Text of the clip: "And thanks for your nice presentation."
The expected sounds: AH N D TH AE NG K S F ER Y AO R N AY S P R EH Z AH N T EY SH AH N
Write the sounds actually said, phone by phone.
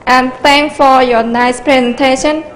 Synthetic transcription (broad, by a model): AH N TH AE NG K F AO Y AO N AY S P R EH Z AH N T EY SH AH N